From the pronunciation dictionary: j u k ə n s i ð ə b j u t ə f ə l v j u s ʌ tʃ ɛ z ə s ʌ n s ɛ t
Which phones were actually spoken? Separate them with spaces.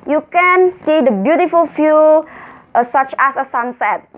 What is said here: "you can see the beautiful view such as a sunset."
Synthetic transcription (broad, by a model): j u k ə n s i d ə b j u t ə f ə l f j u s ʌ tʃ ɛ s ə s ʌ n s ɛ t